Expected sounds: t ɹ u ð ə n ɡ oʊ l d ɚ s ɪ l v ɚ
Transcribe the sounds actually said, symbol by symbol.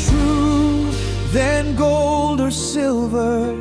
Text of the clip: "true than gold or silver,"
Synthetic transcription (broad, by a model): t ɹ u ð ə n ɡ oʊ l d ɚ s ɪ l v ɚ